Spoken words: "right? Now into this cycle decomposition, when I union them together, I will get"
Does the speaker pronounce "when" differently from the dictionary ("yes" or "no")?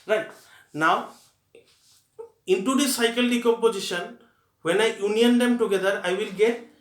no